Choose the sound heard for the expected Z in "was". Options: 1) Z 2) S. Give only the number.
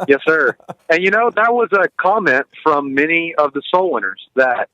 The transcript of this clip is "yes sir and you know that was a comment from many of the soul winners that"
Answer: 1